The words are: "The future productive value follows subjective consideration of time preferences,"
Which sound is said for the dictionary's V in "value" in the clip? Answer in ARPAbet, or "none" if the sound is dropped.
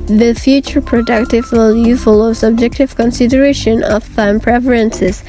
W